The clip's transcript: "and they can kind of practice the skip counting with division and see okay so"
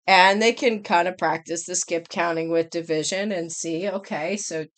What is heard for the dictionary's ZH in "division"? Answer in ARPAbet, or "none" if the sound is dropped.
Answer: ZH